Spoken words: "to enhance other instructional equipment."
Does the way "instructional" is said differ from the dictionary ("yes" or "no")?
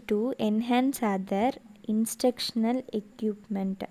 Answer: yes